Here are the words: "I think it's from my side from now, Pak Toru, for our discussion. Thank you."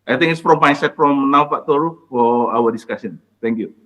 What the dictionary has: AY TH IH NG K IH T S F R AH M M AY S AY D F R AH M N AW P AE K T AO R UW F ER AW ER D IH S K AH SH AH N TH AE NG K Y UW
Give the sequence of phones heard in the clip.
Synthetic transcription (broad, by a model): AY T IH NG IH T S F R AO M M AY S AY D F R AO M N AW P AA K T AO R UW F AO AW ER D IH S K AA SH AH N T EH NG K Y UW